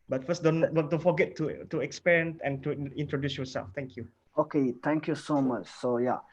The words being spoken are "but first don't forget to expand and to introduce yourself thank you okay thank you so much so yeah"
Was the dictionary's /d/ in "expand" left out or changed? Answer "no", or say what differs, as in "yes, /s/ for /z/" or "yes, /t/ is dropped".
yes, /d/ is dropped